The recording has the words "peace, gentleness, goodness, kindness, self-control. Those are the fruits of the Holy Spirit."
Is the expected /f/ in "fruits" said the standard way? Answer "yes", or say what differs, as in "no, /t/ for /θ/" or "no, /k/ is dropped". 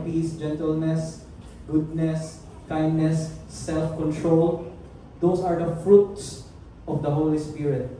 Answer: yes